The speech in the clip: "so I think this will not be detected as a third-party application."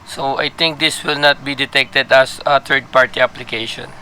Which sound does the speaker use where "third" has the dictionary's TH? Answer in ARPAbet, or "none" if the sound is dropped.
T